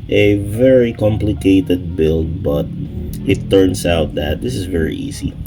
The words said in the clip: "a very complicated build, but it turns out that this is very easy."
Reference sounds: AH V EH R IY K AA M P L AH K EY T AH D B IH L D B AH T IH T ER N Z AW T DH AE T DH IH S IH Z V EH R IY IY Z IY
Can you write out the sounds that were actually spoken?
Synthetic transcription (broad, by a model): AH V EH R IY K AA M P L AH K EY T AH D B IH L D B AH T IH T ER N S AW T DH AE T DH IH S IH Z V EH R IY IY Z IY